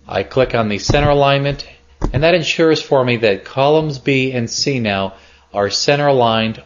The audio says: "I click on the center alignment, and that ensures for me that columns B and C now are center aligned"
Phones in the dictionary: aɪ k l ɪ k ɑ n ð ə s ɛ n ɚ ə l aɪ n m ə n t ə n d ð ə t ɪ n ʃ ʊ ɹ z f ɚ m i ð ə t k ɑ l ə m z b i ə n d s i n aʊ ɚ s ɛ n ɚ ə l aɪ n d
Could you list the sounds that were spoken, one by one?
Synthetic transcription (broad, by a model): aɪ k l ɪ k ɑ n ð ə s ɛ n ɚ ə l aɪ n m ə n t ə n ð ə t ɪ n ʃ ʊ ɹ z f ɚ m i ð ə t k ɑ l ə m z b i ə n s i n aʊ ɚ s ɛ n ɚ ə l aɪ n d